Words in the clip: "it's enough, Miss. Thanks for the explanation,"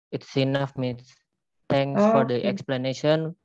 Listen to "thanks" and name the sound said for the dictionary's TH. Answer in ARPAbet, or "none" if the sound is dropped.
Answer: T